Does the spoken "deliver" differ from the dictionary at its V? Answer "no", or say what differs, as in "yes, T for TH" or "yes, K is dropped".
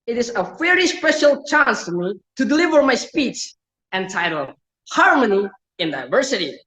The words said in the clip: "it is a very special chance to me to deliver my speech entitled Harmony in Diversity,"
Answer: no